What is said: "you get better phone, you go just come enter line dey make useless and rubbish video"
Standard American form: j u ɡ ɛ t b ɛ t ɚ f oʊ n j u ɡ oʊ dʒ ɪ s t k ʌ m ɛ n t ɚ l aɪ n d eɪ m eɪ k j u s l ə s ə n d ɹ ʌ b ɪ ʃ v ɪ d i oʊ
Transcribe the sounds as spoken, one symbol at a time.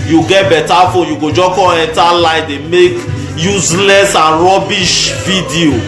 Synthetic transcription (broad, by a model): j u ɡ ɛ t b ɛ t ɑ f oʊ n j u ɡ oʊ dʒ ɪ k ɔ ɛ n t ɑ l aɪ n d eɪ m eɪ k j u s l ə s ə n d ɹ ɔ b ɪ ʃ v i d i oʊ